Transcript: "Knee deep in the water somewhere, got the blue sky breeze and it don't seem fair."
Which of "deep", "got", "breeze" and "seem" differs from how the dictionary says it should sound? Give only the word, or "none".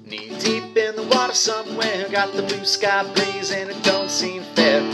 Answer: breeze